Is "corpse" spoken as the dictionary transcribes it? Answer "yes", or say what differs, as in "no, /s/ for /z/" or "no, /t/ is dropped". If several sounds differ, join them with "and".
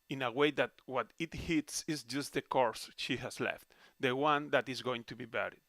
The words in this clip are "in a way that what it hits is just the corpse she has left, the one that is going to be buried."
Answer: no, /p/ is dropped